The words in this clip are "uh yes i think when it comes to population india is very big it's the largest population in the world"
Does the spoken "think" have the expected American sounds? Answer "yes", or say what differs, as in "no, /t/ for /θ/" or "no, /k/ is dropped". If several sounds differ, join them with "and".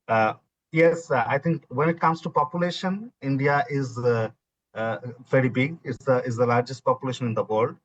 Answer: no, /t/ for /θ/